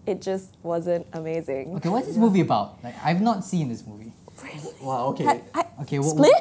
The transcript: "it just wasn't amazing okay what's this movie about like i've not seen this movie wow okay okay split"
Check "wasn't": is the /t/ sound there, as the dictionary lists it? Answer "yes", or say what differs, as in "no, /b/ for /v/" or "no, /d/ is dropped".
yes